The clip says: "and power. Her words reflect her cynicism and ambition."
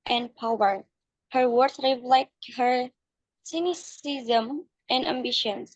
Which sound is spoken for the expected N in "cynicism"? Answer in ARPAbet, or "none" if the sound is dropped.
N